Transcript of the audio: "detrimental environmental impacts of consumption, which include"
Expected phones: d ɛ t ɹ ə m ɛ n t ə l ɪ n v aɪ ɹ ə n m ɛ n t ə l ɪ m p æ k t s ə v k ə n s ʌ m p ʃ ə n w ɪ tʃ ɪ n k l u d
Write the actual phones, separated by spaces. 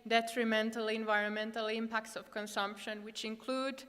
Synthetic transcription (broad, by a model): d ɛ t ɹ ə m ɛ n t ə l ɪ n v aɪ ɹ ə n m ɛ n t ə l ɪ m p æ k t s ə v k ə n s ʌ m p ʃ ə n w ɪ tʃ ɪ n k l u d